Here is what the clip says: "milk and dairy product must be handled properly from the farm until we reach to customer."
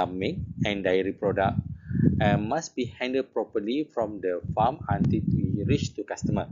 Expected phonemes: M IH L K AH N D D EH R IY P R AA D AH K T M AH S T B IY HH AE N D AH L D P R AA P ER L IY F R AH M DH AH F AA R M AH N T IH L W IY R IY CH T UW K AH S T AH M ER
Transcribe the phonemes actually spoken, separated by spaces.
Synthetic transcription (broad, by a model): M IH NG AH N D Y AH R IY P R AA D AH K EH M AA S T B IY HH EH N D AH D P R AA P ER L IY F R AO M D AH F AA M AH N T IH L W IY R IY CH T UW K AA S T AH M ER